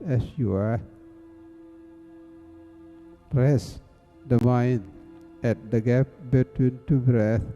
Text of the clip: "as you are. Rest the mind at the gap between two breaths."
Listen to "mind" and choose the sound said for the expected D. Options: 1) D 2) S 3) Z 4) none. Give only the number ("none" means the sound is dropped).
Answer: 4